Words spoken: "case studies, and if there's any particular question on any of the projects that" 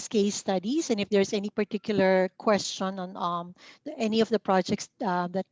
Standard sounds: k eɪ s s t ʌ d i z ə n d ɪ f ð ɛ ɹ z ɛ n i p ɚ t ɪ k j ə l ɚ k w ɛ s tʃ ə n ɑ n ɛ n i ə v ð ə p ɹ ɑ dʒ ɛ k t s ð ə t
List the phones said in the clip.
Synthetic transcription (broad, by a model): k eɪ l s t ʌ d i s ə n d ɪ f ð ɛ ɹ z ɛ n i p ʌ t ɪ k j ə l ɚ k w ɛ s tʃ ə n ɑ n ɛ n i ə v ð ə p ɹ ɑ dʒ ɛ k t s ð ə t